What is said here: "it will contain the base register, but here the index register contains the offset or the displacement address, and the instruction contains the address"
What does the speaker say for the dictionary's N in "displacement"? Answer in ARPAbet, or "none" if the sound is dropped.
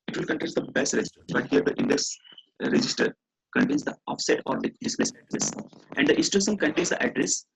none